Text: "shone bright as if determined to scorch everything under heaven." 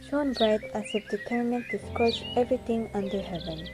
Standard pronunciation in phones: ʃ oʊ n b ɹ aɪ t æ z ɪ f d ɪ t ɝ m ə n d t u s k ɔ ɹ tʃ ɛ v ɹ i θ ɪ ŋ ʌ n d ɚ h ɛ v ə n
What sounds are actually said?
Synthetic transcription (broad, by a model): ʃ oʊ n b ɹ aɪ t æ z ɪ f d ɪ t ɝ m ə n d t u s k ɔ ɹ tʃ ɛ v ɹ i t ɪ ŋ ʌ n d ɚ h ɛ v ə n